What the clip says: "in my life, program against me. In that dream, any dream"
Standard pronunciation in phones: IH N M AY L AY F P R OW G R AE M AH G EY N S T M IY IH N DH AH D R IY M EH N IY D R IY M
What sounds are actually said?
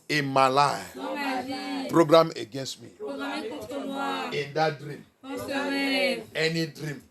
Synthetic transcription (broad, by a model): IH M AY L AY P R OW G R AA M AH G EY N S T M IY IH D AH D R IY M EH N IY D R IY M